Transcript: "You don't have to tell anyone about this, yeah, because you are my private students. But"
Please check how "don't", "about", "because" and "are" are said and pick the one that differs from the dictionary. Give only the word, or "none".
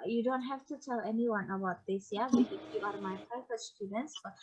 because